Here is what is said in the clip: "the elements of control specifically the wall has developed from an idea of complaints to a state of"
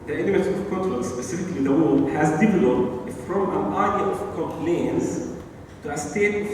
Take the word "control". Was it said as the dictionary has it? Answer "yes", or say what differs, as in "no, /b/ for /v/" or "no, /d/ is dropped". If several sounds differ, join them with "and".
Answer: no, /n/ is dropped